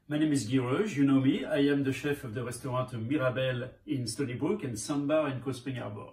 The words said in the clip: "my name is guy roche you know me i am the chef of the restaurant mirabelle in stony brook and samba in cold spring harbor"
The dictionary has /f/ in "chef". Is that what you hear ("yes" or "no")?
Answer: yes